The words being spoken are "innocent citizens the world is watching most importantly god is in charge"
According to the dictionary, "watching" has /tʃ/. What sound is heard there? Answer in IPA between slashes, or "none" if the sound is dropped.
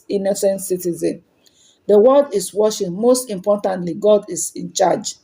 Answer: /ʃ/